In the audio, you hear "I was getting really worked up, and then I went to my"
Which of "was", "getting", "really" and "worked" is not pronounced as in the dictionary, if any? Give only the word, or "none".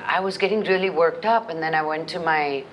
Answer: none